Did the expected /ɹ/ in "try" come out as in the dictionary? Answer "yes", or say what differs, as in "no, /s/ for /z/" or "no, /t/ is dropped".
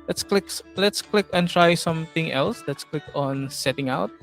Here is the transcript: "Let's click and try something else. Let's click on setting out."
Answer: yes